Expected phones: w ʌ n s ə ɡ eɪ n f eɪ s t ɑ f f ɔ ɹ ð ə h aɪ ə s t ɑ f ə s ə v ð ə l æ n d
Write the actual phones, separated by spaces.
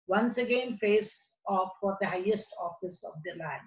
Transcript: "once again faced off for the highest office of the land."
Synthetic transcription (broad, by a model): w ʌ n s ə ɡ eɪ n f eɪ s ɑ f f ɔ ɹ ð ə h aɪ ə s t ɑ f ə s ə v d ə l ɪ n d